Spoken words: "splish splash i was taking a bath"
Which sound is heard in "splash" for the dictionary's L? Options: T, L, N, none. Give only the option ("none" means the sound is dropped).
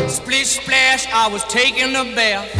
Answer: L